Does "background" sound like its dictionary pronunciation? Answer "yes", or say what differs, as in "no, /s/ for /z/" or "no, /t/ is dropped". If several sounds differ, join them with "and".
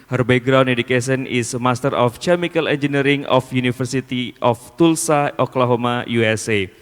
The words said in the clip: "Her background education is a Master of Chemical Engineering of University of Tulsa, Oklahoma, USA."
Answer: no, /k/ is dropped